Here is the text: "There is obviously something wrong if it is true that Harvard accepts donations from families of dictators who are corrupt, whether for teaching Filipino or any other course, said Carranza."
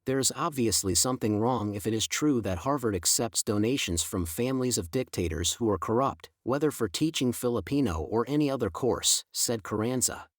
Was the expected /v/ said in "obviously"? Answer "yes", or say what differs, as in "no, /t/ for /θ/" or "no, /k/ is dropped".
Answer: yes